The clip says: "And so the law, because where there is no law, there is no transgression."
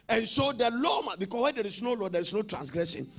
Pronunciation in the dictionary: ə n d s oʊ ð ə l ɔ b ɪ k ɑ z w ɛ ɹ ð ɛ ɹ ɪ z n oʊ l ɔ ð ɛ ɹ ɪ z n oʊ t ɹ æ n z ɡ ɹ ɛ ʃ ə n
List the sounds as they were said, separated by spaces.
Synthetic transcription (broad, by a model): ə n s oʊ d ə l ɔ b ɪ k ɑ w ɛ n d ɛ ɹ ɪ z n oʊ l ɔ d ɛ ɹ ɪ s n oʊ t ɹ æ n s ɡ ɹ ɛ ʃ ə n